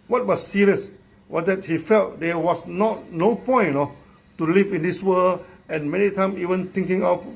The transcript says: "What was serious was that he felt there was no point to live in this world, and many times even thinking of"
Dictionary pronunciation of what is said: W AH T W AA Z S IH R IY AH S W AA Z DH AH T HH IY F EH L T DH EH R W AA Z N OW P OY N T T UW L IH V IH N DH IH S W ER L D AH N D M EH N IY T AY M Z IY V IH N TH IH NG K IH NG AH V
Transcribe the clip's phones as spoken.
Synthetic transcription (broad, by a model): W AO T W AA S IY R IY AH S W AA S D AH T HH IY F EH L T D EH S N AA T N OW P OY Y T T UW L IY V IH N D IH S W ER L AH N M EH N IY T AY M IY V IH N T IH NG K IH NG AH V